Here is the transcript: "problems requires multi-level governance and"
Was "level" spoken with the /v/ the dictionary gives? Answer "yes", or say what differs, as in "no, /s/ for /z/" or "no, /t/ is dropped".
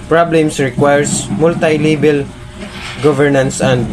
no, /b/ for /v/